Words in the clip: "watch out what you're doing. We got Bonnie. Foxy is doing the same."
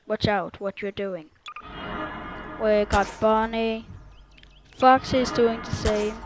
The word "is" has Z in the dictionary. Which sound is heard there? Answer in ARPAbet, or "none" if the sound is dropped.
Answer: Z